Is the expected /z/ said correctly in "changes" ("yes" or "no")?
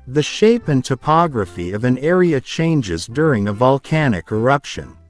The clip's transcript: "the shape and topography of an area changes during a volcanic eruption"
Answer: yes